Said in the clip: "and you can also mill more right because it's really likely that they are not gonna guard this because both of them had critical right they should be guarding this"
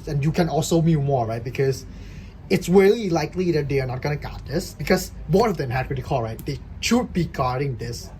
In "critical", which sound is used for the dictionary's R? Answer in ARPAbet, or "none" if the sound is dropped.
none